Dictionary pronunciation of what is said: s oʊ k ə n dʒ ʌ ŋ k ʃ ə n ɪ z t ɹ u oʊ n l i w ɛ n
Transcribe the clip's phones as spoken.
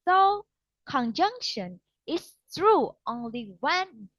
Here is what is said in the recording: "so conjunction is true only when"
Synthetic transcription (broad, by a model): s oʊ k ə n dʒ ʌ ŋ k ʃ ə n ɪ s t ɹ u oʊ n l i w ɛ n